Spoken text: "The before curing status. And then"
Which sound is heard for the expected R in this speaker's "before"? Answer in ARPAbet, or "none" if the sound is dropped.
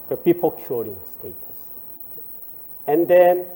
L